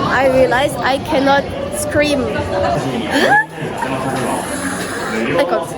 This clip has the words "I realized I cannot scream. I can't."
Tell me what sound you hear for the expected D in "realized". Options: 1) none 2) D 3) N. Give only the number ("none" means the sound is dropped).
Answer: 1